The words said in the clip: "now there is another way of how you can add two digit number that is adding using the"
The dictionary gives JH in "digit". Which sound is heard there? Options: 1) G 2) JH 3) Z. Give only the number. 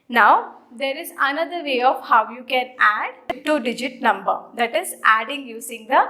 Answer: 2